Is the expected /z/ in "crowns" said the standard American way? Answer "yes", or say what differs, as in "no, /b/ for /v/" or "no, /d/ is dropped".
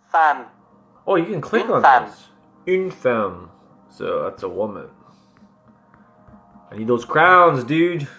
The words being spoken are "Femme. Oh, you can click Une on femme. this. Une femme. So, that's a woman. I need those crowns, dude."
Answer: yes